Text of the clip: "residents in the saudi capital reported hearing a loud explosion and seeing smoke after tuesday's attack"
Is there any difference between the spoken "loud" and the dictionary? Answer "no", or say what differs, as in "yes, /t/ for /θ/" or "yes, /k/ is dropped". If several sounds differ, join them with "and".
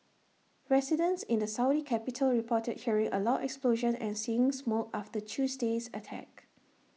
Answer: yes, /d/ is dropped